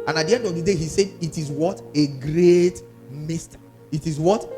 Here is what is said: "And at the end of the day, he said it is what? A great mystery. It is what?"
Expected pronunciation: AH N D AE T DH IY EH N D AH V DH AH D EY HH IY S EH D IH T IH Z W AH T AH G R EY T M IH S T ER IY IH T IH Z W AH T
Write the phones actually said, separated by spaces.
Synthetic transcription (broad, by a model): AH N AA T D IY EH N D AH V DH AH D EY HH IY S EH D IH T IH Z W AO T AH G R EY T M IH S T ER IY IH T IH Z W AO T